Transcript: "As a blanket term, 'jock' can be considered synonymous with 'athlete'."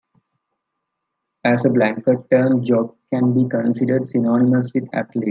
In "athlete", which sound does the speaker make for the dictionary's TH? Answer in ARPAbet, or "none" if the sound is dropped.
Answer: T